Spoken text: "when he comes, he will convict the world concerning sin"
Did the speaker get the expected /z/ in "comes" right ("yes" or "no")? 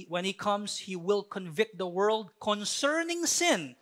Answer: no